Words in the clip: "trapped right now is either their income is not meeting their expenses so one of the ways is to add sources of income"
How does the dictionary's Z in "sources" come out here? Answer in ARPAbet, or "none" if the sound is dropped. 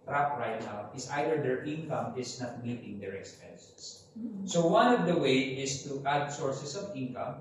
S